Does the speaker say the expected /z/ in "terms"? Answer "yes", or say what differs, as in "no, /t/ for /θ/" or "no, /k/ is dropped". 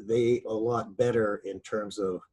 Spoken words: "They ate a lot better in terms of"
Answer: yes